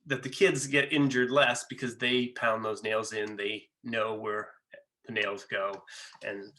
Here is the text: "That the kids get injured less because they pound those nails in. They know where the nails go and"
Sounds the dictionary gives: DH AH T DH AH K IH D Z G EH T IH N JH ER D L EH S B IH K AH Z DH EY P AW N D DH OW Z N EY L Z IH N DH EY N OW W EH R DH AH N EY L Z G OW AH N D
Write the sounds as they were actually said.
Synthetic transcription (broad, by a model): DH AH T DH AH K IH D Z G EH T IH N JH ER D L EH S B IH K AH Z DH EY P AW N DH OW Z N EY L Z IH N DH EY N OW W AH R DH AH N EY L Z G OW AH N